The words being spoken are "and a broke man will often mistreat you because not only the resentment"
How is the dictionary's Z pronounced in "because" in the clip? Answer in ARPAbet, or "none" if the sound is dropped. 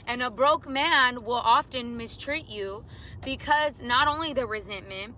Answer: Z